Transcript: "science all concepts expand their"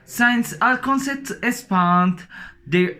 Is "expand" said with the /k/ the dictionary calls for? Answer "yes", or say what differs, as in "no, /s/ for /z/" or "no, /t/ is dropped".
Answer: no, /k/ is dropped